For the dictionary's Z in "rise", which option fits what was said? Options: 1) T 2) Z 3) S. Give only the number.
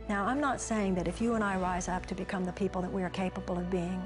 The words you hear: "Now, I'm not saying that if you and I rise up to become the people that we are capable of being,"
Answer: 2